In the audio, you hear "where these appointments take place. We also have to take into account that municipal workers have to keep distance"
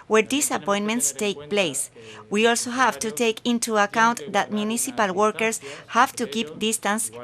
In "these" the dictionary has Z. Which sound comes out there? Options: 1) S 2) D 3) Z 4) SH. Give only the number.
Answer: 1